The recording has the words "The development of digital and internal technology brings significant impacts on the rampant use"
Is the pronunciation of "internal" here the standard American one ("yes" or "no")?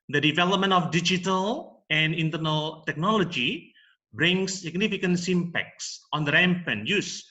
yes